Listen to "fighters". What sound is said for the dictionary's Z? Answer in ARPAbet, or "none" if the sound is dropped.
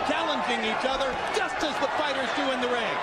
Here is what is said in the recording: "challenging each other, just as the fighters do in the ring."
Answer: Z